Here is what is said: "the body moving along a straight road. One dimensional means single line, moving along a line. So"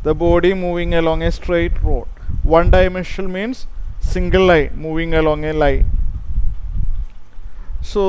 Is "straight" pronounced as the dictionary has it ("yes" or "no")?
yes